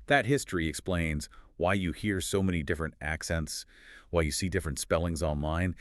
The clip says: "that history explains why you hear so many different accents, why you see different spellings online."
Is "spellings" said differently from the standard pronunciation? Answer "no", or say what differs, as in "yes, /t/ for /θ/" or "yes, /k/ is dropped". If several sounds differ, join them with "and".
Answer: no